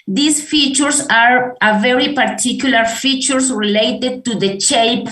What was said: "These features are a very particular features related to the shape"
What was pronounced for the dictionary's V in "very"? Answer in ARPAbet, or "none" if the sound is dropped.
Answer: V